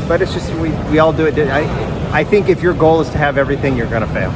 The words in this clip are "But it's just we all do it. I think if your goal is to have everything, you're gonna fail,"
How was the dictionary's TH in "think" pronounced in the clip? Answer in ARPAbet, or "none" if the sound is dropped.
TH